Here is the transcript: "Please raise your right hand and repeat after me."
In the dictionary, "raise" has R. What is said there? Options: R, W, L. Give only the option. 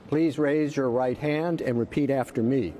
R